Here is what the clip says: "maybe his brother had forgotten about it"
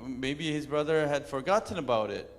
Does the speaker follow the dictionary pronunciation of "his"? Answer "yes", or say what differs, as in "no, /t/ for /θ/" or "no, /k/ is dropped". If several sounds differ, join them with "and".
yes